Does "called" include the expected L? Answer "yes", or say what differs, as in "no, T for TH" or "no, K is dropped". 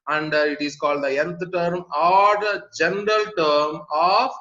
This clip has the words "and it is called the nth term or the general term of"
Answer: yes